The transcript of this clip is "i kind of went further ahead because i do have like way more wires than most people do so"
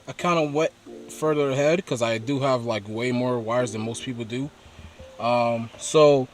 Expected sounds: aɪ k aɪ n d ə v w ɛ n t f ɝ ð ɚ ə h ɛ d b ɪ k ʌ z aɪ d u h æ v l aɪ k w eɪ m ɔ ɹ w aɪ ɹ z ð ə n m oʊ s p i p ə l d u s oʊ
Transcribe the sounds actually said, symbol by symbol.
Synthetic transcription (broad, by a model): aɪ k aɪ n d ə w ɛ t f ɝ ð ɚ ə h ɛ d k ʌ z aɪ d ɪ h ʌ v l aɪ k w eɪ m ɔ ɹ w aɪ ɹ z ð ə n m oʊ s p i p l d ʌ s oʊ